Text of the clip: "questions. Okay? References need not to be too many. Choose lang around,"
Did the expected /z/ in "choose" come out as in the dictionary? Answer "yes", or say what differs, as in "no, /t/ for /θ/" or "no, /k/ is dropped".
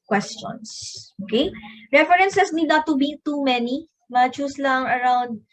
no, /s/ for /z/